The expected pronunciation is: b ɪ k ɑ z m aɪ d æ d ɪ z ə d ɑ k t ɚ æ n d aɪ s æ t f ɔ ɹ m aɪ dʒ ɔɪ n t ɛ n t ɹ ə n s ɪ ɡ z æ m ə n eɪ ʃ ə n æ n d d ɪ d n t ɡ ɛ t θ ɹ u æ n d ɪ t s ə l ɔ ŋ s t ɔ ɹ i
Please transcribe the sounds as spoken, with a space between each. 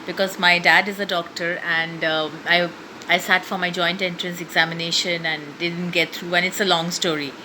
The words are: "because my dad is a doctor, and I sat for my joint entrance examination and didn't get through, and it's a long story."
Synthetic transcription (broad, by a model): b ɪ k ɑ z m aɪ d æ d ɪ z ə d ɑ k t ɚ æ n d aɪ s æ t f ɔ ɹ m aɪ dʒ ɔɪ n t ɛ n t ɹ ə n s ɪ ɡ z æ m ə n eɪ ʃ ə n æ n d d ɪ d n t ɡ ɛ t t ɹ u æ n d ɪ t s ə l ɔ ŋ s t ɔ ɹ i